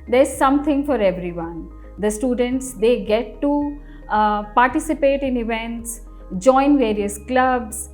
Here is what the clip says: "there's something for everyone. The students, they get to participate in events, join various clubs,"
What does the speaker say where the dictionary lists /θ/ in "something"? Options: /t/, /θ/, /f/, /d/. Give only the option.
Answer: /t/